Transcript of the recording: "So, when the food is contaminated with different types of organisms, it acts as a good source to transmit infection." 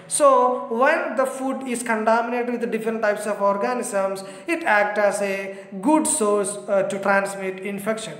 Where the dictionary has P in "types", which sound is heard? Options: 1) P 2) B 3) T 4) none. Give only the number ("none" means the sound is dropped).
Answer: 1